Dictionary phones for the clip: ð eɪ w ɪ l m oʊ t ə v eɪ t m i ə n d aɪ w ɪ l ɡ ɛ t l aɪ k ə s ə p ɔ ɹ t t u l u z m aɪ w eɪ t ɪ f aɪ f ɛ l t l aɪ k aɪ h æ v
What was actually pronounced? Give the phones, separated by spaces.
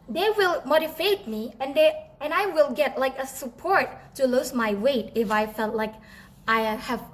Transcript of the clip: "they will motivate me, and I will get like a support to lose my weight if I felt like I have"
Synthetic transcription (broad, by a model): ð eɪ w ɪ l m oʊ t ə f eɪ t m i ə n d aɪ w ɪ l ɡ ɛ t l aɪ k ə s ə p ɔ ɹ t t u l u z m aɪ w eɪ t ɪ f aɪ f ɛ l t l aɪ k aɪ h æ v